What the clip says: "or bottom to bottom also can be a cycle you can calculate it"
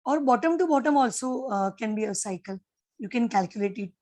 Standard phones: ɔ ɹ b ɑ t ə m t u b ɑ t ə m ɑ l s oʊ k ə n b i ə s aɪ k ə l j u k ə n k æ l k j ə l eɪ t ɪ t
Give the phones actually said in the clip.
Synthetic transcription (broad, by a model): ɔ ɹ b ɑ t ə m t u b ɑ t ə m ɑ l s oʊ k ə n b i ə s aɪ k ə l j u k ə n k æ l k j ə l eɪ t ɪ t